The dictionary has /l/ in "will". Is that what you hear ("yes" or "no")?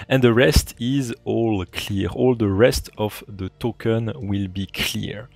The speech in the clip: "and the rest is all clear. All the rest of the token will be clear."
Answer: yes